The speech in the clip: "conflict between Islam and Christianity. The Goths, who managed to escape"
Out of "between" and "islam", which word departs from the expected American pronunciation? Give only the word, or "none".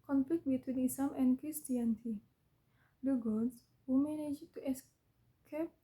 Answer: islam